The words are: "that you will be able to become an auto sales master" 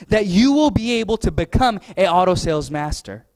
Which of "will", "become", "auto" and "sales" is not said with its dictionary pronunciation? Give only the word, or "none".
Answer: none